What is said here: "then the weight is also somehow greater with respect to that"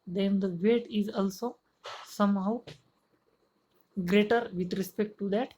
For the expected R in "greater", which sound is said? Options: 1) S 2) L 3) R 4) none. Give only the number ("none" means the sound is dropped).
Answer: 3